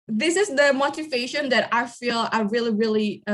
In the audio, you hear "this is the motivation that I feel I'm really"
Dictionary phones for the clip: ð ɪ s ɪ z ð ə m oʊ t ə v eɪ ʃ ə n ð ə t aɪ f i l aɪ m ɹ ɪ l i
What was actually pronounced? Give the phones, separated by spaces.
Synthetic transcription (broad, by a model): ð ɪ s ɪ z ð ə m oʊ t ə v eɪ ʃ ə n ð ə t aɪ f i l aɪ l ɹ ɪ l i